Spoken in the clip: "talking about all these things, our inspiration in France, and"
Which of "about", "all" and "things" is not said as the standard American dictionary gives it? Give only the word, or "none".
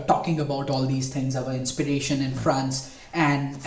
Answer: things